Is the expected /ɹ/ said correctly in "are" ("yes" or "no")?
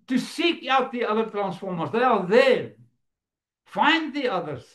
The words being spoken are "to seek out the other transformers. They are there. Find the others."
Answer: no